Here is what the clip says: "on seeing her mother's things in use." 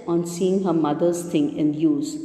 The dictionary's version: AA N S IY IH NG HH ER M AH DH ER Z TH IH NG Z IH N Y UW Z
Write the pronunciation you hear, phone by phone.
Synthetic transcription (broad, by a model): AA N S IY IH NG HH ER M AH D ER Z T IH NG IH N Y UW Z